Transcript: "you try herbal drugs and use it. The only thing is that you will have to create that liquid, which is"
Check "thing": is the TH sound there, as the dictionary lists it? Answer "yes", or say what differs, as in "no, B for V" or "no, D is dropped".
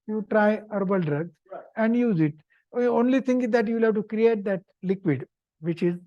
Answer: no, T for TH